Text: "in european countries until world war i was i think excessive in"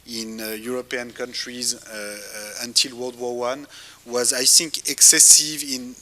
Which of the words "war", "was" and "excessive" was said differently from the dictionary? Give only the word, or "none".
war